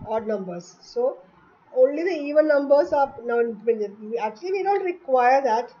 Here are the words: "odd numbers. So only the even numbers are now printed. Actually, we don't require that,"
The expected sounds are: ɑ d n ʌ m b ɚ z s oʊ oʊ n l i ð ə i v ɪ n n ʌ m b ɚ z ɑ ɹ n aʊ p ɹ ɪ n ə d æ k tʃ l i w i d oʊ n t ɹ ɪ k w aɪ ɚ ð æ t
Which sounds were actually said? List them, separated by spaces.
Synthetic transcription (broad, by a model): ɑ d n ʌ m b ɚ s s oʊ oʊ n l i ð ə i v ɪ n n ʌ m b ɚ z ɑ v n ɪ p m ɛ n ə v æ k tʃ l i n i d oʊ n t ɹ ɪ k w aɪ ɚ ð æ t